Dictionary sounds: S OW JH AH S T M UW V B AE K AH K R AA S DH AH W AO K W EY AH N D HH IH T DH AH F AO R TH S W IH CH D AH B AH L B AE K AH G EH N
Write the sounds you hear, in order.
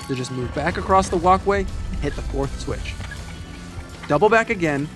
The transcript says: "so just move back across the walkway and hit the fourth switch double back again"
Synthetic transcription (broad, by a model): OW JH AH S T M UW V B AE K AH K R AA S DH AH W AO K W EY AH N HH IH T DH AH F AO R TH S W IH CH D AH B L B AE K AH G EH N